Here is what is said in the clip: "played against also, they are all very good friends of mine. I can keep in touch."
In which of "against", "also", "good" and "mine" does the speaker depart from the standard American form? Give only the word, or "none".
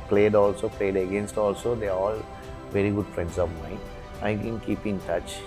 mine